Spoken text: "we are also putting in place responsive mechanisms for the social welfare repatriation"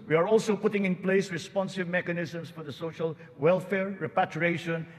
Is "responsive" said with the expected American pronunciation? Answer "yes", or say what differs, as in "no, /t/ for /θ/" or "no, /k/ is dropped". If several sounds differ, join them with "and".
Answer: yes